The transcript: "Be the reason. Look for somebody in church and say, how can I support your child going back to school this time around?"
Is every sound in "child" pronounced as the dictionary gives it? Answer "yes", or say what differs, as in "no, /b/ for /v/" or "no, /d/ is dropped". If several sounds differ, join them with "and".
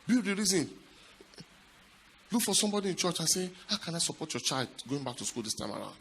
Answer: yes